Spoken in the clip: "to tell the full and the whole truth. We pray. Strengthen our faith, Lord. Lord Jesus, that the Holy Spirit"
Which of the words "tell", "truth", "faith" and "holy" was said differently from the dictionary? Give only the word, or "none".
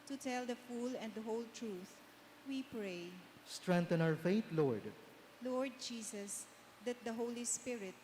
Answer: faith